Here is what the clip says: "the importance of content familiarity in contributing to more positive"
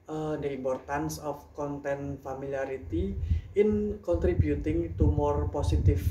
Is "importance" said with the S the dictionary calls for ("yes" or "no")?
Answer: yes